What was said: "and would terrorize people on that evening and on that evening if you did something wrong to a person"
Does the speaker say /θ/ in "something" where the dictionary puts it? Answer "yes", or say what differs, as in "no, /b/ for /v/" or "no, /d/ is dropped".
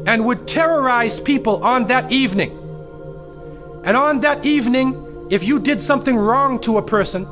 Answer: yes